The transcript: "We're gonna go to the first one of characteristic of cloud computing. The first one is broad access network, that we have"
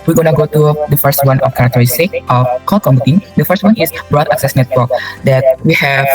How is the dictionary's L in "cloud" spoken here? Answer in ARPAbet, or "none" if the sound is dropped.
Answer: none